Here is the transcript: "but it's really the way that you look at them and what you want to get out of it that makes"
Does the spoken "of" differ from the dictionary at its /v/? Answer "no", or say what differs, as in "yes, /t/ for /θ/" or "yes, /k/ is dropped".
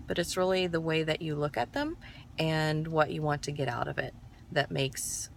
no